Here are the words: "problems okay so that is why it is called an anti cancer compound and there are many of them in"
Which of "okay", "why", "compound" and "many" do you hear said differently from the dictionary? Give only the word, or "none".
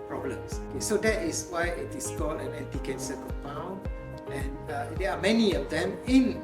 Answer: compound